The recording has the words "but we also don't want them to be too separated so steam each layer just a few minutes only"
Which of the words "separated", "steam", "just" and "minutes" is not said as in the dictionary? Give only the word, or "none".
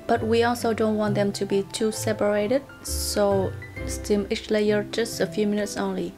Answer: none